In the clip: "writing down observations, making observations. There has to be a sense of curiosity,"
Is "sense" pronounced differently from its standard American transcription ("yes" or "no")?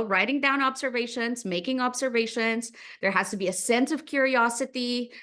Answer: no